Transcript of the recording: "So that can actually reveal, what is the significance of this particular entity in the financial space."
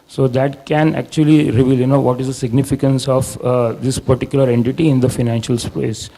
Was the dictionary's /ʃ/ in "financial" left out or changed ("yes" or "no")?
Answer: no